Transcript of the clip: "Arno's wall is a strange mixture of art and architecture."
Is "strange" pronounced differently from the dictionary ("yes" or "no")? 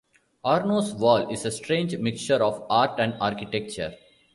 no